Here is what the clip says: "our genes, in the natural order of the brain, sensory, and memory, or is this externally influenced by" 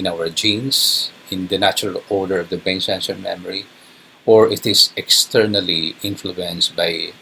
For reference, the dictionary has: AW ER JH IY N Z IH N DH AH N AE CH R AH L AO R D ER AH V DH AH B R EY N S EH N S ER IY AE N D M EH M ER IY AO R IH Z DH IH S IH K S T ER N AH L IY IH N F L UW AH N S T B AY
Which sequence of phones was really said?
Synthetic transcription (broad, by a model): AW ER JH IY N S IH N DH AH N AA CH R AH L AO R D ER AH V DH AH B EY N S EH N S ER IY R M EH M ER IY AO R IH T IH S IH K S T ER N AH L IY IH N F L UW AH N S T B AY